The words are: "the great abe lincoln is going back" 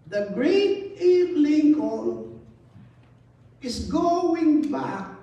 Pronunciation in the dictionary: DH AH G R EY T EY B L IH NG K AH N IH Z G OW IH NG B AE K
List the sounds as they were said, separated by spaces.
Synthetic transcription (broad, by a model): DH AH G R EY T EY L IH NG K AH L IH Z G OW IH NG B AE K